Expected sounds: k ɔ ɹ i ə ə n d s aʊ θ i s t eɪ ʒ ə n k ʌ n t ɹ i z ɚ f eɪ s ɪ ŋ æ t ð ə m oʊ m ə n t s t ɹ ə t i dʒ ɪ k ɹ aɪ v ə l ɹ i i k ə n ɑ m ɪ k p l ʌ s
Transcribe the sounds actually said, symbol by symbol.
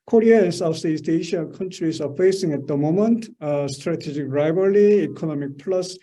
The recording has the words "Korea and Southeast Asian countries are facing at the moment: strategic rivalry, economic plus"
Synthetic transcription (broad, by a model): k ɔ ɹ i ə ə n s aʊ s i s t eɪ ʃ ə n k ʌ n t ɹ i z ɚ f eɪ s ɪ ŋ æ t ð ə m oʊ m ə n t s t ɹ ə t i dʒ ɪ k ɹ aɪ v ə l i i k ə n ɑ m ɪ k p l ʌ s